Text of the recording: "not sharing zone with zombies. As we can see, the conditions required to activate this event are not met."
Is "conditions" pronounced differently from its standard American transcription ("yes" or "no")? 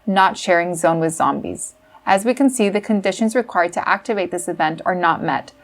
no